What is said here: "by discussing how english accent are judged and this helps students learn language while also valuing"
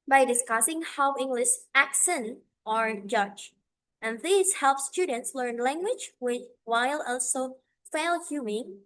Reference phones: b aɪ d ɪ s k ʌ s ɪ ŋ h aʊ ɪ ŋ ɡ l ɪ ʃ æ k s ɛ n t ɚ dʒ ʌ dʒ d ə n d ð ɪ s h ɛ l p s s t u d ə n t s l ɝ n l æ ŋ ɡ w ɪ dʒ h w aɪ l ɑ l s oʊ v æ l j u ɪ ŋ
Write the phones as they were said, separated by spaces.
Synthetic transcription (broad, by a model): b aɪ d ɪ s k ʌ s ɪ ŋ h aʊ ɪ ŋ ɡ l ɪ ʃ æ k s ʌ n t ɚ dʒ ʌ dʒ ə n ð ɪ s h ɛ l p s s t u d ə n t s l ɝ n l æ ŋ ɡ w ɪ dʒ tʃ w aɪ l ɑ l s oʊ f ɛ l j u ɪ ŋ